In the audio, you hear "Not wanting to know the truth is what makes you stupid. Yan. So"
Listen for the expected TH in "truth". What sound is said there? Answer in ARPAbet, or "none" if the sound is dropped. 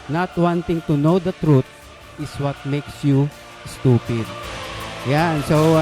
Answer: T